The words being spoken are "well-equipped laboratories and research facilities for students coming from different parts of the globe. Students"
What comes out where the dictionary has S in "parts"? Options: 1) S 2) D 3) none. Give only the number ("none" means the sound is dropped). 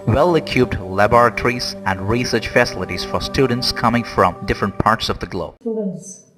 1